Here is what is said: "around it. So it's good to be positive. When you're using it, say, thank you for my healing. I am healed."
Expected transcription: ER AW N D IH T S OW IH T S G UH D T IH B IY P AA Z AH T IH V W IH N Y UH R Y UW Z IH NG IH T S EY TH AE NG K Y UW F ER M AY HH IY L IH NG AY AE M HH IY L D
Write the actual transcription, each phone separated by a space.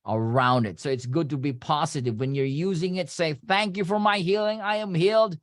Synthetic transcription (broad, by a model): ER AW N D IH T S OW IH T S G UH D T IH B IY P AA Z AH T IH V W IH N Y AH R Y UW Z IH NG IH T S EY TH AE NG K Y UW F ER M AY HH IY L IH NG AY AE M HH IY L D